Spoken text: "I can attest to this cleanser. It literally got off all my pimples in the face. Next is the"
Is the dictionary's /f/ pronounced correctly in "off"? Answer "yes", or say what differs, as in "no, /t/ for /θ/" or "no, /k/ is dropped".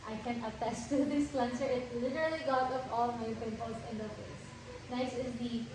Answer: no, /p/ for /f/